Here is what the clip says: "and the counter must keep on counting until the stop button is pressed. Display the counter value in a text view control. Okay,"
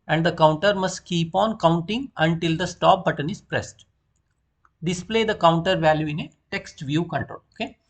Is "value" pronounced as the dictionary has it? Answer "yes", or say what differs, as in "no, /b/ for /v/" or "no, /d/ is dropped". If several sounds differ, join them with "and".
yes